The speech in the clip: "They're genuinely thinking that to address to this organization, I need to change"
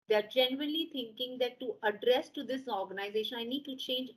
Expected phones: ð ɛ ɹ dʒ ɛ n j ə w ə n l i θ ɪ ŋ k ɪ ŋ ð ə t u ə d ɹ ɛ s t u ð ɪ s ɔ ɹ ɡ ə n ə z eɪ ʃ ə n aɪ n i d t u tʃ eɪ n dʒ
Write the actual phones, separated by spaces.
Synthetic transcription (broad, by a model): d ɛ ɹ dʒ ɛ n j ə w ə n l i t ɪ ŋ k ɪ ŋ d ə t u ə d ɹ ɛ s t u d ɪ s ɔ ɹ ɡ ə n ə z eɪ ʃ ə n aɪ n i d t u tʃ eɪ n dʒ